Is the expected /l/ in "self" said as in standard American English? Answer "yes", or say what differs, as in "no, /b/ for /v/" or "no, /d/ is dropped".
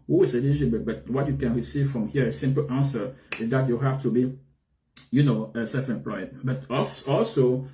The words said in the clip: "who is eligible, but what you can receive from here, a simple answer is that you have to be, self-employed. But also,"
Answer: no, /l/ is dropped